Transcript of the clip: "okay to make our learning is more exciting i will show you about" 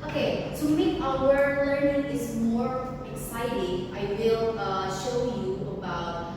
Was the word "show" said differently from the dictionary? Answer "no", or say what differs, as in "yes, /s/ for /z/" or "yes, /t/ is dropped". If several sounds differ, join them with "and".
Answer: no